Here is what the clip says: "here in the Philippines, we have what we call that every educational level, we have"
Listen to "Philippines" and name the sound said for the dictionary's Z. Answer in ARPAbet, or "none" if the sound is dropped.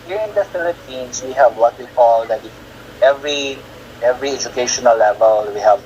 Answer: S